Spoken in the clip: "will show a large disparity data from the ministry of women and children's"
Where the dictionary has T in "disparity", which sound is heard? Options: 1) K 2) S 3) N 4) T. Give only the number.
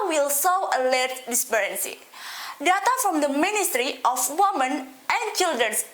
2